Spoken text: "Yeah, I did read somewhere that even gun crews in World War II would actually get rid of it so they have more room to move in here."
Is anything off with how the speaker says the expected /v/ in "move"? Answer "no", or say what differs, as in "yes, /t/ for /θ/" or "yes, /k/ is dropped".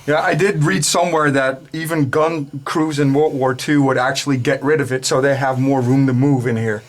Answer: no